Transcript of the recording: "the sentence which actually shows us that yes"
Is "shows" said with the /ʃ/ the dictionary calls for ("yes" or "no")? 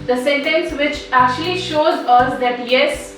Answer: yes